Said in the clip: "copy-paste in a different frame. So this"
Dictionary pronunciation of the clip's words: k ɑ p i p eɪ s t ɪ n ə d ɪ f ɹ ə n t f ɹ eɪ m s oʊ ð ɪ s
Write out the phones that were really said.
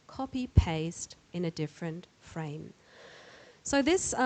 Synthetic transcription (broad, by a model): k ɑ p i p eɪ s t ɪ n ə d ɪ f ɹ ə n t f ɹ eɪ m s oʊ ð ɪ s